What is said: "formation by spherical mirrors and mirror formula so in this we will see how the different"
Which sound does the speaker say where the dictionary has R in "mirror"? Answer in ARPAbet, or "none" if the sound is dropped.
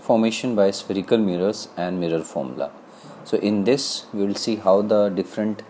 R